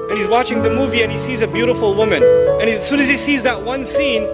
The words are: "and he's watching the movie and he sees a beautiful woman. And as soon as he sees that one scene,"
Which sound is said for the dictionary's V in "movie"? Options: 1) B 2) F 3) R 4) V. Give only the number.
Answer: 4